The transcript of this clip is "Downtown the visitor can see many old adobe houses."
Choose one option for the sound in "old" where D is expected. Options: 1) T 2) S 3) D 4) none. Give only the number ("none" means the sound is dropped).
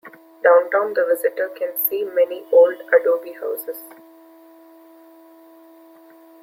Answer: 3